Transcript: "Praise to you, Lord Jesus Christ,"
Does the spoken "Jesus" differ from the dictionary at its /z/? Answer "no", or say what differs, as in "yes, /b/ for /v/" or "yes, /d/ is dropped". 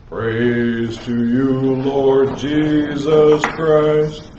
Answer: no